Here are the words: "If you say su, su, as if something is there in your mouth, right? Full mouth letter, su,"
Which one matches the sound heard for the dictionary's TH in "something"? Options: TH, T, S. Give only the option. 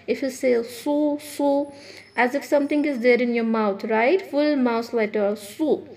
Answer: T